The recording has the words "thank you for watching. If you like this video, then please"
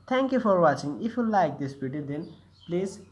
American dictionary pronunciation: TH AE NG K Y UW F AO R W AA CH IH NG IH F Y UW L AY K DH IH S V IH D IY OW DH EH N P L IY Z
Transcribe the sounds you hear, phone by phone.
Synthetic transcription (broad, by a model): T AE NG K Y UW F AO R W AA CH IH NG IH F Y UW L AY K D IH S B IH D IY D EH N P L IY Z